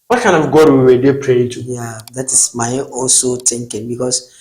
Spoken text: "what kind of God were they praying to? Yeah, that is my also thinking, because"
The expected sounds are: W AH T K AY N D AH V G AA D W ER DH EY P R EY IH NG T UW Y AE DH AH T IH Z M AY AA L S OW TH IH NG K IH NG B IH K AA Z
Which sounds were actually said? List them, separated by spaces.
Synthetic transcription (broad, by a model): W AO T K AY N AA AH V G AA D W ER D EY P R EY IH T UW Y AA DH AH T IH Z M AY AA L S OW T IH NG K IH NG B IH K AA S